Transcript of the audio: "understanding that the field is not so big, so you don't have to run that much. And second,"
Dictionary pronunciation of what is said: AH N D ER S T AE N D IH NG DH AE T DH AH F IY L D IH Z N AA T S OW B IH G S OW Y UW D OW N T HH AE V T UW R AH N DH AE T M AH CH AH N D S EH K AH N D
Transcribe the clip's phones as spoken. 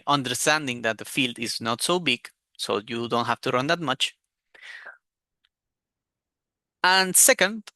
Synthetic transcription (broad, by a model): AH N D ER S T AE N D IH NG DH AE T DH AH F IY L D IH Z N AA T S OW B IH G S OW Y UW D OW N T HH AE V T UW R AH N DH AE T M AH CH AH N S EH K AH N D